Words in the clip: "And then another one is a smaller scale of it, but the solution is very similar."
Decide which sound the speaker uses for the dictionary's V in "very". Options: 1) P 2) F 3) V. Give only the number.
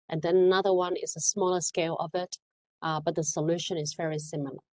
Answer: 3